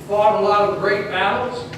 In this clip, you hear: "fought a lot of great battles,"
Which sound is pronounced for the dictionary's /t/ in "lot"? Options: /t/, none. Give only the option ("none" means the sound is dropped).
none